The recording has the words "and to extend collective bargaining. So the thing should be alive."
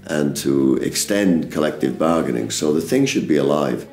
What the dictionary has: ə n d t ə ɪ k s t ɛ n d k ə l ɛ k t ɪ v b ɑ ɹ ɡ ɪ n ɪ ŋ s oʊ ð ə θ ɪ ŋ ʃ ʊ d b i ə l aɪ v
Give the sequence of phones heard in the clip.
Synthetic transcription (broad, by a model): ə n t ə ɪ k s t ɛ n d k ə l ɛ k t ɪ v b ɑ ɹ ɡ ɪ n ɪ ŋ s oʊ ð ə θ ɪ ŋ ʃ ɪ d b i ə l aɪ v